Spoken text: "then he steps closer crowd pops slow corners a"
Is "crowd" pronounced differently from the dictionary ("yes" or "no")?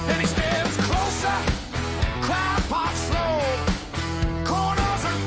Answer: yes